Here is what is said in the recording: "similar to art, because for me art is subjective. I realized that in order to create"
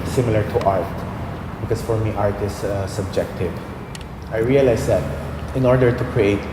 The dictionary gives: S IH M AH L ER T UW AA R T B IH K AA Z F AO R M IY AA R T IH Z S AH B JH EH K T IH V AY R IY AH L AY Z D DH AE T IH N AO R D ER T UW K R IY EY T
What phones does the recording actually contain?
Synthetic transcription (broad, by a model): S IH M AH L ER T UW AA R T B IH K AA S F AO R M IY AA R T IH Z S AH B JH EH K T IH V AY R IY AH L AY S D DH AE T IH N AO R D ER T UW K R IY EY T